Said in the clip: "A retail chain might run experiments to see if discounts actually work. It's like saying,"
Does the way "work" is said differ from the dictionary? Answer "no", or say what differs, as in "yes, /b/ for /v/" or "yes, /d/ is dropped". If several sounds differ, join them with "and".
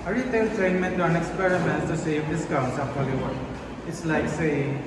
yes, /k/ is dropped